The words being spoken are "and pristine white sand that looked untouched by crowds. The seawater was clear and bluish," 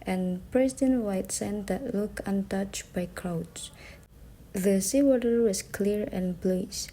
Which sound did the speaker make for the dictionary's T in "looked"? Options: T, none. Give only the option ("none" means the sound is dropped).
none